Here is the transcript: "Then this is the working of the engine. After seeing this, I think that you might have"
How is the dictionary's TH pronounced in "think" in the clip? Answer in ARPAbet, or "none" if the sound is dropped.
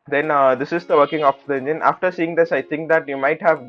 T